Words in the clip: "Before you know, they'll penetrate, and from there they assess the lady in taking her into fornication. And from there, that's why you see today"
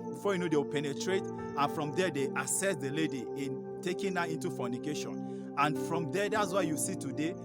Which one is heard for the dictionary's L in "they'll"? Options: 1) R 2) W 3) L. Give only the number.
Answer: 2